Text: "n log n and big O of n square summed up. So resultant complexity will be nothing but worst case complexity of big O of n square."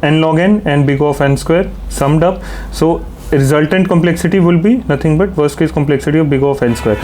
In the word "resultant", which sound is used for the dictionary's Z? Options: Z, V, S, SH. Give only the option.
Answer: Z